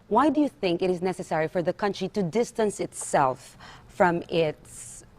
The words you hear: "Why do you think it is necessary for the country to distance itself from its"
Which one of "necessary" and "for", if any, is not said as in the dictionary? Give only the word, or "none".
none